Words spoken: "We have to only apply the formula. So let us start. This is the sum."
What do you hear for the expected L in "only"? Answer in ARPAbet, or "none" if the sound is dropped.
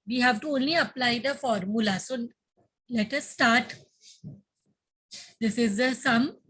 L